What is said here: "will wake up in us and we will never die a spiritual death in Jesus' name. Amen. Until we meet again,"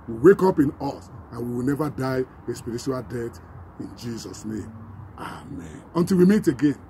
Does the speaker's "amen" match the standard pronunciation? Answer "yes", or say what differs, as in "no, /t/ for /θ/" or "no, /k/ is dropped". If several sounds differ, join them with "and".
yes